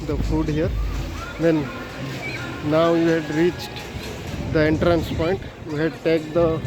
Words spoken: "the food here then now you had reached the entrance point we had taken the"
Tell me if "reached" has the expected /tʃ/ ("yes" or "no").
yes